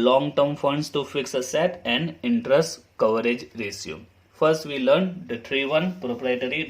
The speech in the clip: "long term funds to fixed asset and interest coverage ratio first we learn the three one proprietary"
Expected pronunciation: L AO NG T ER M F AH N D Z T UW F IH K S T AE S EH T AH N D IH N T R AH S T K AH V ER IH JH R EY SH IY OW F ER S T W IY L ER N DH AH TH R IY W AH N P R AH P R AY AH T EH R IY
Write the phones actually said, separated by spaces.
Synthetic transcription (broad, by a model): L AO NG T ER M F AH N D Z T UW F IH K S AH S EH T AH N D IH N T R AH S T K AH V ER IH JH R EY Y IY F ER S T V IY L ER N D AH T R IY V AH N P R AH P R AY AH T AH R IY